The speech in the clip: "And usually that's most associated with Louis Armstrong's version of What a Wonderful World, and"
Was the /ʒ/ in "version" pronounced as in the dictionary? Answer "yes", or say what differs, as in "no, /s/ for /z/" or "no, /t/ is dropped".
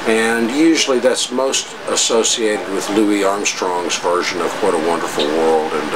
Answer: yes